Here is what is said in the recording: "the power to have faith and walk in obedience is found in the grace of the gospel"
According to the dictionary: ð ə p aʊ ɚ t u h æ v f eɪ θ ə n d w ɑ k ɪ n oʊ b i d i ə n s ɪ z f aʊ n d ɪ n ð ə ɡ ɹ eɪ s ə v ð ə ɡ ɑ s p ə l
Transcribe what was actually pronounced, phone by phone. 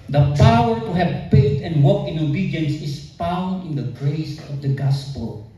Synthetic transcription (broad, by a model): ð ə p aʊ ɚ t u h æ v p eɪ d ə n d w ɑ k ɪ n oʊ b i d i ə n s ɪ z f aʊ n d ɪ n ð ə ɡ ɹ eɪ s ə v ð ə ɡ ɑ s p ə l